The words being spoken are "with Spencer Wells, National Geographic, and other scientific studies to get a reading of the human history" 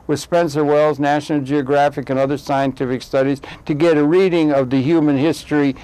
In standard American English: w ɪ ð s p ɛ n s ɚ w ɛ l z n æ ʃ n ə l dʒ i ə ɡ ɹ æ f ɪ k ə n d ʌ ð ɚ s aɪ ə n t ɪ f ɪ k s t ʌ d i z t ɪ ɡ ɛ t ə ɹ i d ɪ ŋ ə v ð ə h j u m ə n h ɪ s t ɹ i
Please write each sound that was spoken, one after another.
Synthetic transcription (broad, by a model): w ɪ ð s p ɛ n s ɚ w ɛ l z n æ ʃ n l dʒ i ə ɡ ɹ æ f ɪ k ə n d ʌ ð ɚ s aɪ ə n t ɪ f ɪ k s t ʌ d i z t ɪ ɡ ɛ t ə ɹ i d ɪ ŋ ə v ð ə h j u m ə n h ɪ s t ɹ i